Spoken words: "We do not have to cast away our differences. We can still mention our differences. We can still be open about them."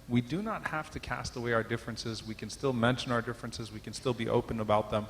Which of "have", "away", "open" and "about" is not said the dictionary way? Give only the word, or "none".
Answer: have